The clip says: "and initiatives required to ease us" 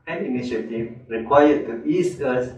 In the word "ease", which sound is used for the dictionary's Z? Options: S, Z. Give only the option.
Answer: S